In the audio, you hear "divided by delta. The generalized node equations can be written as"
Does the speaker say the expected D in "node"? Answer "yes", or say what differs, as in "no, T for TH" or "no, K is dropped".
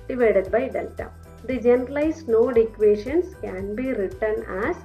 yes